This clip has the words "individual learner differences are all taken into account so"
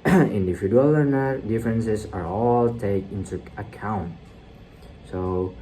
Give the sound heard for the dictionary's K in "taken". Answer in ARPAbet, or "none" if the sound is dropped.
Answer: none